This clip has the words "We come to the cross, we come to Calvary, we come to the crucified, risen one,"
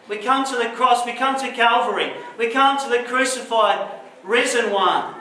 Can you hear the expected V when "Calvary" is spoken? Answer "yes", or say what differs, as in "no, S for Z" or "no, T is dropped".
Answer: yes